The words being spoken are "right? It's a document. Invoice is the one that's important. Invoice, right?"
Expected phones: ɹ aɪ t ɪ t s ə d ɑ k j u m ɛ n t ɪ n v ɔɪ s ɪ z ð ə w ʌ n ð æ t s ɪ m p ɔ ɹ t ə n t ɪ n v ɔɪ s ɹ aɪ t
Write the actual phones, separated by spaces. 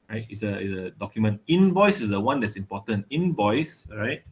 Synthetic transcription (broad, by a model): ɹ aɪ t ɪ s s ə d ɑ k j u m ɛ n t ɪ n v ɔɪ s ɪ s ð ə w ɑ n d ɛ t s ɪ m p ɔ t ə n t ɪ n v ɔɪ s ɹ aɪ t